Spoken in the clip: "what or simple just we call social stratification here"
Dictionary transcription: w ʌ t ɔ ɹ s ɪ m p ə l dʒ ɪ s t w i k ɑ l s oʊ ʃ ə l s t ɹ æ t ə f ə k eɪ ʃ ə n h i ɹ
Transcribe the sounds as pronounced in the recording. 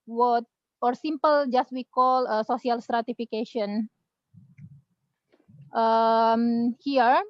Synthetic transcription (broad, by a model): w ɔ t ɔ ɹ s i m p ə l dʒ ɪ s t w i k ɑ l s oʊ s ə l s t ɹ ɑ t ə f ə k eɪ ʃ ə n h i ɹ